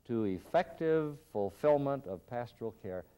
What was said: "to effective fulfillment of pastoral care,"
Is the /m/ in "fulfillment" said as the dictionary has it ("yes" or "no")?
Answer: yes